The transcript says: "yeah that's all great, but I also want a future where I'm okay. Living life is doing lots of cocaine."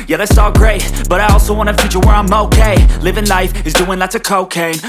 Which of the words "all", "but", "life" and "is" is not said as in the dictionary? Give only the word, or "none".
none